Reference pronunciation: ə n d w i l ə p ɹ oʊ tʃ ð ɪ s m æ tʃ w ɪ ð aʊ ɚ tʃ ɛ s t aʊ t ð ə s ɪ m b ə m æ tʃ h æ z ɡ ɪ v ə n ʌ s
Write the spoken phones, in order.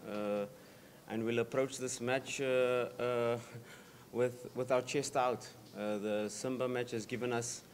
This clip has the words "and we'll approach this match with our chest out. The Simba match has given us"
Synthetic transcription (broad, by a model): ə n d w i l ə p ɹ oʊ tʃ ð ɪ s m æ tʃ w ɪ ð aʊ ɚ tʃ ɛ s t aʊ t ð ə s ɪ m b ə m æ tʃ h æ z ɡ ɪ v ə n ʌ s